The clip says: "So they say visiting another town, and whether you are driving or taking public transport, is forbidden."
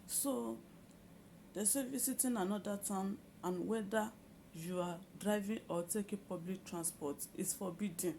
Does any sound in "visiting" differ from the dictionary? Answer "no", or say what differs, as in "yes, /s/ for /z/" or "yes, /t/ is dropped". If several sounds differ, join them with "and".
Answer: yes, /s/ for /z/